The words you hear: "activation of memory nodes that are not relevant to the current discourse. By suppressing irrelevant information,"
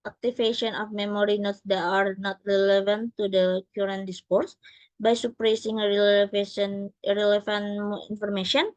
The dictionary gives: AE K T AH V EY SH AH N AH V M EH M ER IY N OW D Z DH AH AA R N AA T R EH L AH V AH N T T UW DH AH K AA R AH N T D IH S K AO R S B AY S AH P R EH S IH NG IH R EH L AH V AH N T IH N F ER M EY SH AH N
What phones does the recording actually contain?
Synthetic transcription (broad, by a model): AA K T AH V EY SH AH N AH F M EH M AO IY N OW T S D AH AA R N AA T R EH L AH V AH N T T UW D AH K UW R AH N D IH S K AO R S B AY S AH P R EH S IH NG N R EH L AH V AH N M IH N F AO M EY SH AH N